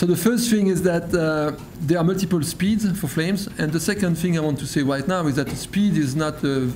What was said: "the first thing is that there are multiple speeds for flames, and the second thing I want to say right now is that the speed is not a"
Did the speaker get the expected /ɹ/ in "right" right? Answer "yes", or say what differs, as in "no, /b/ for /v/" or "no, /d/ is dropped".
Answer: yes